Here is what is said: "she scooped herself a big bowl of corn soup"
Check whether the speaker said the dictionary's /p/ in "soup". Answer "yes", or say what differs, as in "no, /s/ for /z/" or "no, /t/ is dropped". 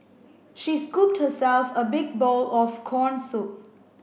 no, /p/ is dropped